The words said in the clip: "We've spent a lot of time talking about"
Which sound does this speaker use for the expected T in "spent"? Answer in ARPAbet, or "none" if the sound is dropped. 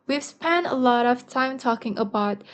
none